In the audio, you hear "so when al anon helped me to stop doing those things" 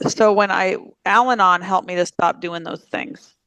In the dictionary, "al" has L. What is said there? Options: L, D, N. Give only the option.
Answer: L